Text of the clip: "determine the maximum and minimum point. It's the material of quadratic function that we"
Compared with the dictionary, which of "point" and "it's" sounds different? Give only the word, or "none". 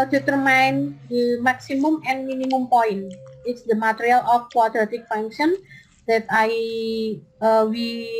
point